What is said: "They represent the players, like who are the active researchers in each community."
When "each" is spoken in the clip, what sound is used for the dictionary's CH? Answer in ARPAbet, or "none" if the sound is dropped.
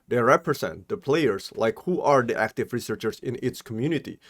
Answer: S